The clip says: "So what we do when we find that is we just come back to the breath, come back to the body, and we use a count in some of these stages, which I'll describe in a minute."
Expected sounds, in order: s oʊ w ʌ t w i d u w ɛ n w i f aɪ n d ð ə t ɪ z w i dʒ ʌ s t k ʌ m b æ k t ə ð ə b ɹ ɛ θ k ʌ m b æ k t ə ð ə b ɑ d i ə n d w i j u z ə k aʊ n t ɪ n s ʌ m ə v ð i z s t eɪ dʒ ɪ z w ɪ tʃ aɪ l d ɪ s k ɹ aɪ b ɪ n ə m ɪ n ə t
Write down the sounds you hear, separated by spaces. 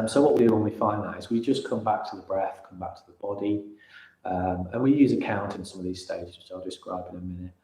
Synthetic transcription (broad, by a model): s oʊ w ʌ t w i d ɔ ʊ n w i f aɪ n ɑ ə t ɪ z w i dʒ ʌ s k ʌ m b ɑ k t ə ð ə b ɹ ɛ θ k ʌ m b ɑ k t ə ð ə b ɑ d i ə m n w i j u z ə k aʊ n t ɪ n s ʌ m ə v ð i z s t eɪ dʒ ɪ z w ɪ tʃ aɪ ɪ d ɪ s k ɹ aɪ b ɪ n ə m ɪ n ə t